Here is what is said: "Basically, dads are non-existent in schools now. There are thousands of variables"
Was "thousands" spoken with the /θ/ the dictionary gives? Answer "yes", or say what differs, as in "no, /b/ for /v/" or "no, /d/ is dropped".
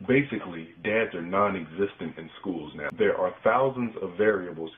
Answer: yes